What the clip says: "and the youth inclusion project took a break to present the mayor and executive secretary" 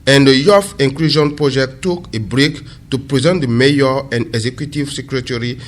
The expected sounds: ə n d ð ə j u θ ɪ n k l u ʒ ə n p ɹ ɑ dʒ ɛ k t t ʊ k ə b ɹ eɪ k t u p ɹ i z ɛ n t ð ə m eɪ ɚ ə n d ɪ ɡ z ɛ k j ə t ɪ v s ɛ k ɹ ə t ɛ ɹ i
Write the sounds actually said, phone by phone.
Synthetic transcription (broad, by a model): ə n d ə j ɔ f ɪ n k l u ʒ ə n p ɹ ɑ dʒ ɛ k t t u k ə b ɹ eɪ k t u p ɹ i z ɛ n t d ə m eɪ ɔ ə n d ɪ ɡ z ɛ k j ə t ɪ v s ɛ k ɹ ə t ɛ ɹ i